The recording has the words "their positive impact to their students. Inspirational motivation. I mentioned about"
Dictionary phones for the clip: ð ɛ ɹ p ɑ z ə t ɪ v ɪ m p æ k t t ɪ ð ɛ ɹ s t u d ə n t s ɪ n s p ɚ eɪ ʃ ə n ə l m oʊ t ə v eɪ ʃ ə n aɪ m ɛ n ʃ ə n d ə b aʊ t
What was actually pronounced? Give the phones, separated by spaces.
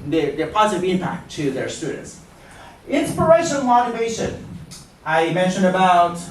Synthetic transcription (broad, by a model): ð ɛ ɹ p ɑ z ə t ɪ v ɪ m p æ k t t ɪ ð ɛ ɹ s t u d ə n t s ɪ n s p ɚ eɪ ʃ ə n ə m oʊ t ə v eɪ ʃ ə n aɪ m ɛ n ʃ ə n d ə b aʊ t